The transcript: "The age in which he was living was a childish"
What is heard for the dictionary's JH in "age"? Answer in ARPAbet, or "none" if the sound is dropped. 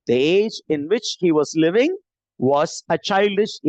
JH